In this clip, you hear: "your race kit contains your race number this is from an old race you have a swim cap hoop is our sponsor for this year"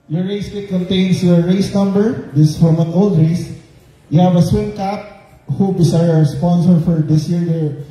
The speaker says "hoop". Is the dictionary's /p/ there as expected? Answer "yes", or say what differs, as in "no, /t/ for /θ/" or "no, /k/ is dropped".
no, /b/ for /p/